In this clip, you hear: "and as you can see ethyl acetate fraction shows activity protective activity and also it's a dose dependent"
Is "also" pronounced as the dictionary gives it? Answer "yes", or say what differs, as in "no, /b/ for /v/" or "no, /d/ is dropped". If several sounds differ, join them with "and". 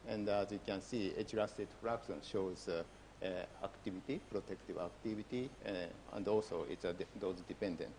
yes